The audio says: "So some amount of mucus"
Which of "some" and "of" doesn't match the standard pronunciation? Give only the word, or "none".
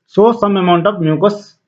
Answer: of